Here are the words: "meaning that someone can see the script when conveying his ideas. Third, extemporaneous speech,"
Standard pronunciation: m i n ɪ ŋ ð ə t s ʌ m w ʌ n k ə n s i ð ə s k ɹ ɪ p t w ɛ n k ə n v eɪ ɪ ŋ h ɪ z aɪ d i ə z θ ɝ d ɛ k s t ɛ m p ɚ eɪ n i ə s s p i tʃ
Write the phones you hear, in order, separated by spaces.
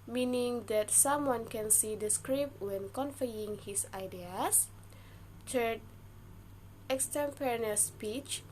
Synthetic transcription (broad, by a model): m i n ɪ ŋ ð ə t s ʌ m w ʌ n k ə n s i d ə s k ɹ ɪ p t w ɛ n k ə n f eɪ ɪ ŋ h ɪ s aɪ d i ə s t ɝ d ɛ k s t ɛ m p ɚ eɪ n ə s s p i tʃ